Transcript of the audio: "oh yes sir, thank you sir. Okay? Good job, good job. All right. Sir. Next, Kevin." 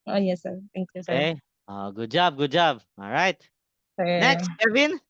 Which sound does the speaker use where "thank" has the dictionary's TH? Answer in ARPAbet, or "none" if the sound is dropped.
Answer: T